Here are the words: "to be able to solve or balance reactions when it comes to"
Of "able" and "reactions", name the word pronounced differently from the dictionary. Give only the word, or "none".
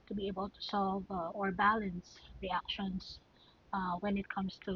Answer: reactions